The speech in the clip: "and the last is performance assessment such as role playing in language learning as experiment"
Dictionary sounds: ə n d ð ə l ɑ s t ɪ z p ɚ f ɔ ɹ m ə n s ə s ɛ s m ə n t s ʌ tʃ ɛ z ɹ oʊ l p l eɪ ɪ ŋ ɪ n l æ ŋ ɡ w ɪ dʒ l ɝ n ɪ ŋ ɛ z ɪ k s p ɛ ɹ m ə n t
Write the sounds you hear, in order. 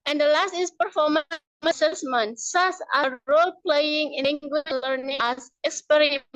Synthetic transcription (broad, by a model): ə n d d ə l ɑ s t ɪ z p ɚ f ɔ ɹ m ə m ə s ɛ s m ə n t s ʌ s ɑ ɹ oʊ l p l eɪ ɪ ŋ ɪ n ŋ ɡ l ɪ l ɝ n ɪ ŋ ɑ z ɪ k s p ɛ ɹ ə